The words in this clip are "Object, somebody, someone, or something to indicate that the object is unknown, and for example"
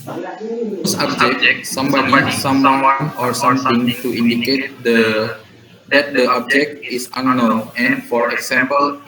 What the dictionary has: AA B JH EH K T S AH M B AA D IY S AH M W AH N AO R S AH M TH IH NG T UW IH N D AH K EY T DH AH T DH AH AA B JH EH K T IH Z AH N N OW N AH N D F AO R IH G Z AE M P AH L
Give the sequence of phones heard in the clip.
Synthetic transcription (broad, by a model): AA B JH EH K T S AH M B AA D IY S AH M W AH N AO R S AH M T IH NG T UW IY N D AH K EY T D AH T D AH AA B JH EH K T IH S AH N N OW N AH N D F AO R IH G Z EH M P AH L